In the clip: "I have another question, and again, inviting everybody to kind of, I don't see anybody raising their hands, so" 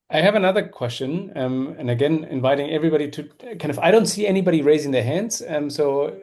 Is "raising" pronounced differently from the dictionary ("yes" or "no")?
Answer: no